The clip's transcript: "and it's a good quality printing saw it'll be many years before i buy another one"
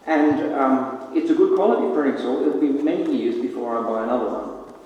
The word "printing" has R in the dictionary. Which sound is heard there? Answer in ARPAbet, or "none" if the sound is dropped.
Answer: none